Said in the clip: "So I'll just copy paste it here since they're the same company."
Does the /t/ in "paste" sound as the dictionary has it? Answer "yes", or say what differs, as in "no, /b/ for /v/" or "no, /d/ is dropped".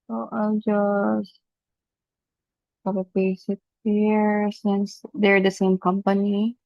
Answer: no, /t/ is dropped